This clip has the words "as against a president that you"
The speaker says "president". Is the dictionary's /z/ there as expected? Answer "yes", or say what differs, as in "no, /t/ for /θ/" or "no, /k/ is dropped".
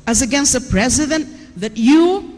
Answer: yes